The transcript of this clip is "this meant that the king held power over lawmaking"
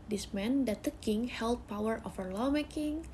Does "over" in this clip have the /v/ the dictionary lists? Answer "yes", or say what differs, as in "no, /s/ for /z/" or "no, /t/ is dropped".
no, /f/ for /v/